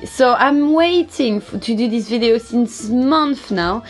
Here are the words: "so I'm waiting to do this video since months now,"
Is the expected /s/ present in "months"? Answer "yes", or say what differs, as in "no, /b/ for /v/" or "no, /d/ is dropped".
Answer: no, /s/ is dropped